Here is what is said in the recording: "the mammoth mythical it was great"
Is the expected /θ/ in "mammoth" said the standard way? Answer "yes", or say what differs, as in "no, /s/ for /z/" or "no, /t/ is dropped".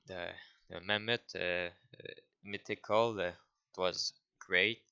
no, /t/ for /θ/